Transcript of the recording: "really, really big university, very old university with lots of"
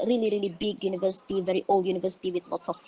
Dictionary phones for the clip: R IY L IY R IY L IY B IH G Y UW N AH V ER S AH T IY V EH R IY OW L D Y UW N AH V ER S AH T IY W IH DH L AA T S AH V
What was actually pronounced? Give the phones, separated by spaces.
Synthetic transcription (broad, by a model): R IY L IY R IY L IY B IH G Y UW N AH V ER S AH T IY V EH R IY OW L D Y UW N AH V ER S AH T IY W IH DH W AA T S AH